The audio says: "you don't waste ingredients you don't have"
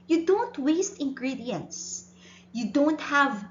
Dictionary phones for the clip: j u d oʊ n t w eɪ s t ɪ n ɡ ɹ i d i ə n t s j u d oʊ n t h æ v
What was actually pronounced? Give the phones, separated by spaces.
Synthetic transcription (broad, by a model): j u d oʊ n t w eɪ s t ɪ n ɡ ɹ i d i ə n t s j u d oʊ n t h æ v